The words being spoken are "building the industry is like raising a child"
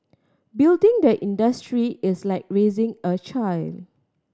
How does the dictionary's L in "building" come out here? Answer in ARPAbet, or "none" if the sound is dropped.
L